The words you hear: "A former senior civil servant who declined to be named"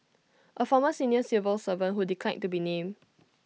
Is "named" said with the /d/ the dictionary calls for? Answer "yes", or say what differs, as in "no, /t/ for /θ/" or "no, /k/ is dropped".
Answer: no, /d/ is dropped